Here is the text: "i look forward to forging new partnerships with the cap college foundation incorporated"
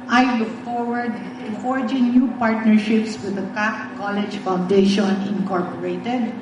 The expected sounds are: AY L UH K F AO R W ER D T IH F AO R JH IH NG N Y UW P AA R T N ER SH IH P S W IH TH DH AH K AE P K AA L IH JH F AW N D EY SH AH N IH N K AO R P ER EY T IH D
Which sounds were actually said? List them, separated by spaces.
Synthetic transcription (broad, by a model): AY L UH K F AO R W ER D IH F AO R JH IH NG N Y UW P AA R T N ER SH IH P S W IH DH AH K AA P K AA L IH JH F AW N D EY SH AH N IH N K AO R P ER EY T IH D